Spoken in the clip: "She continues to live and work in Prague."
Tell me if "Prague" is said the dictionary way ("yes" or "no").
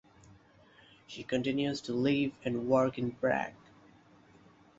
no